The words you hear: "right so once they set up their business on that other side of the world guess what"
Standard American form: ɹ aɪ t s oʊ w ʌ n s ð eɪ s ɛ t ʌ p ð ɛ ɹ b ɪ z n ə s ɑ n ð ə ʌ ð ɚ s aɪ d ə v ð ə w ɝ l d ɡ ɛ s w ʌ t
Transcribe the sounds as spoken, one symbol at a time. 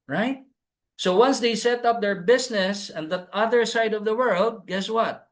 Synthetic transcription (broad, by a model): ɹ aɪ t s oʊ w ʌ n s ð eɪ s ɛ t ʌ p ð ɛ ɹ b ɪ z n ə s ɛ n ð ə ʌ ð ɚ s aɪ d ə v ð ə w ɝ l d ɡ ɛ s w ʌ t